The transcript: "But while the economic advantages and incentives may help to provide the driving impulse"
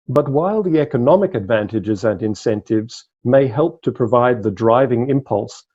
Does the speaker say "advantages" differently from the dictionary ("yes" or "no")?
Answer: no